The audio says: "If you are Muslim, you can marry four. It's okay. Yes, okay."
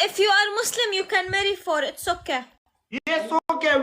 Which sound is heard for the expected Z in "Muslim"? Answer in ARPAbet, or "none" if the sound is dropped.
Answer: S